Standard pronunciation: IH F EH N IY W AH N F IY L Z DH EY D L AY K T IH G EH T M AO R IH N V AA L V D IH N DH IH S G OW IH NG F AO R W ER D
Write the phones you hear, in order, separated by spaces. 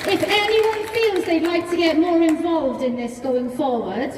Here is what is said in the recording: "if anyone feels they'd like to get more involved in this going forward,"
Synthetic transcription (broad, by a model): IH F EH N IY W AH N F IY L Z DH EY D L AY K T IH G EH T M AO R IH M V AA L V D IH N DH IH S G OW IH NG F AO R W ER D